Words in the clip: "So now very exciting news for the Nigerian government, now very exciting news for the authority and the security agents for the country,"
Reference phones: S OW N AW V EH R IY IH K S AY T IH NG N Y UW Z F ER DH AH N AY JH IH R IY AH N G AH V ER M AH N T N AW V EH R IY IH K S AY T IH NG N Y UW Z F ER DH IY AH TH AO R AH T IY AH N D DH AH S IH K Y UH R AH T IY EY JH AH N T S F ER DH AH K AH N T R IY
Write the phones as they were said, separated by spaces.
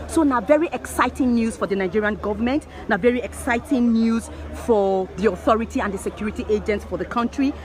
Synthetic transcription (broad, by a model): S OW N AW V EH R IY IH K S AY T IH NG N Y UW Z F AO DH AH N AY JH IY R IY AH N G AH V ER M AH N T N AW V EH R IY IH K S AY T IH NG N Y UW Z F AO DH IY AH TH AO R AH T IY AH N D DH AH S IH K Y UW R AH T IY EY JH AH N T S F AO DH AH K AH N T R IY